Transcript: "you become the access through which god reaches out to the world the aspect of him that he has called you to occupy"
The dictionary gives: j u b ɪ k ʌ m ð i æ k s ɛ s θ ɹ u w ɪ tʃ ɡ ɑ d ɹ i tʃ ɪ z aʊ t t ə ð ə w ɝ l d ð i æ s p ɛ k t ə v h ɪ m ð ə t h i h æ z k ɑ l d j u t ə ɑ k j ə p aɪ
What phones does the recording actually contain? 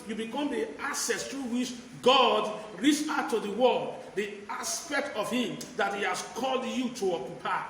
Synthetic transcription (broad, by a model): j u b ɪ k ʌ m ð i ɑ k s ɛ s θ ɹ u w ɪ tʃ ɡ ɑ d ɹ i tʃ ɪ ʊ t t ə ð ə w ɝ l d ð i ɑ s p ɛ k t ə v h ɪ m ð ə t h i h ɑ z k ɑ l d j u t ə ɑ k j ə p aɪ